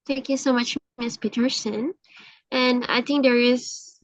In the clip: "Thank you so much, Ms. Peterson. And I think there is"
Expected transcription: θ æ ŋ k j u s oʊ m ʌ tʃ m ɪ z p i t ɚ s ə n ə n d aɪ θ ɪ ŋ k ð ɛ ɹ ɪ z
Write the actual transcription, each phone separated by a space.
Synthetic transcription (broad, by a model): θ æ ŋ k j u s oʊ m ʌ tʃ m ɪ s p i t ɚ s ə n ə n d aɪ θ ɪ ŋ k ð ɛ ɹ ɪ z